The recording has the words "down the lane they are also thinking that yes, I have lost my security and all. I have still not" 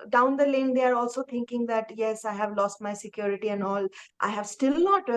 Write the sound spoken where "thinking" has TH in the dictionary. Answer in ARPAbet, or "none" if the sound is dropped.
T